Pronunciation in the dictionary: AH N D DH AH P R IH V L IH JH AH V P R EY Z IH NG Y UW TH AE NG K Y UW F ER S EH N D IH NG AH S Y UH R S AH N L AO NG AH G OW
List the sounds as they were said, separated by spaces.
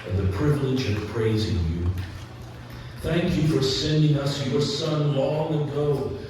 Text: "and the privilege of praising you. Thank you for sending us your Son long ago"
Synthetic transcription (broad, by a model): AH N DH AH P R IH V L IH JH AH V P R EY Z IH NG Y UW TH AE NG K Y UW F ER S EH N D IH NG AH S Y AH R S AH N L AO NG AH G OW